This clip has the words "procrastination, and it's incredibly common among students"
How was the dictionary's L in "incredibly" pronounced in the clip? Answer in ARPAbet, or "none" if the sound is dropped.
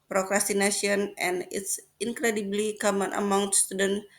L